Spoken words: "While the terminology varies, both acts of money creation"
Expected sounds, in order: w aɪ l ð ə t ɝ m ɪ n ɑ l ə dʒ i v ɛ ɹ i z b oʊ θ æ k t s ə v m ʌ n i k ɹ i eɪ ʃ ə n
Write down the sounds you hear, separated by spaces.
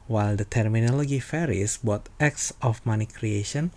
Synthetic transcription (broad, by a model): w aɪ l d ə t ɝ m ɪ n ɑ l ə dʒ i f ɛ ɹ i s b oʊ t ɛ k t s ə f m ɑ n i k ɹ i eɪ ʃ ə n